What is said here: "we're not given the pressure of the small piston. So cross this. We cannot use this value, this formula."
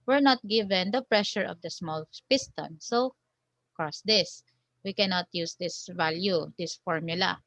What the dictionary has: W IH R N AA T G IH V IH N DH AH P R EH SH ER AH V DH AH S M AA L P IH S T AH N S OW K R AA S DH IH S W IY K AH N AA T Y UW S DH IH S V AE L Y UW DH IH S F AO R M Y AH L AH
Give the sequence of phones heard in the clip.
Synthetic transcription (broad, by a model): W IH R N AA T G IH V IH N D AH P R EH SH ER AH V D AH S M AA L P IH S T AH N S OW K AA S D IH S W IY K AH N AA T Y UW S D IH S V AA L Y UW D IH S F AO R M Y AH L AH